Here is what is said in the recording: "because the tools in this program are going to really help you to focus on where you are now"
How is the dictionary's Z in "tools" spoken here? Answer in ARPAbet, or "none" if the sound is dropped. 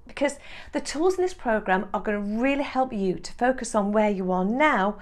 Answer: Z